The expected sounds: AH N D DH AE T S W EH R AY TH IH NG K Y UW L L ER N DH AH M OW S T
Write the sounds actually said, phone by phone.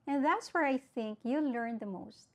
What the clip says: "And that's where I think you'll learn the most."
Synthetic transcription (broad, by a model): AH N DH AE T S W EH R AY TH IH NG K Y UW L L ER N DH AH M OW S T